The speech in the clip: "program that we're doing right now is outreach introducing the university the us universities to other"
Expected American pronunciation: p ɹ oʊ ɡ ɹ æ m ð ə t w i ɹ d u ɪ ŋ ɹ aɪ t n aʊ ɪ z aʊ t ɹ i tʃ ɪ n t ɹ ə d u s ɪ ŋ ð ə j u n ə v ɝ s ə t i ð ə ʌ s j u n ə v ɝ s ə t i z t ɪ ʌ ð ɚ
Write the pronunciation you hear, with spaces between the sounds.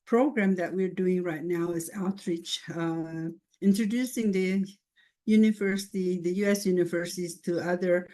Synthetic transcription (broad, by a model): p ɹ oʊ ɡ ɹ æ m ð ə t w i ɹ d u ɪ ŋ ɹ aɪ t n aʊ ɪ z aʊ t ɹ i tʃ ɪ n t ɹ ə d u s ɪ ŋ ð ə j u n ə v ɝ s ə t i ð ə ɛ s j u n ə v ɝ s ə t i z t ɪ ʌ ð ɚ